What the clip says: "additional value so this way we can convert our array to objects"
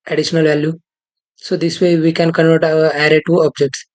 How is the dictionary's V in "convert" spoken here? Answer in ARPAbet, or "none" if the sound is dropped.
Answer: none